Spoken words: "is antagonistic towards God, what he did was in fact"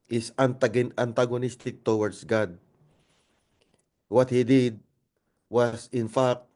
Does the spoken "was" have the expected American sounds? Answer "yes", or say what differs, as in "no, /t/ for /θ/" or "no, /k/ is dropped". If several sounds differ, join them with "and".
no, /s/ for /z/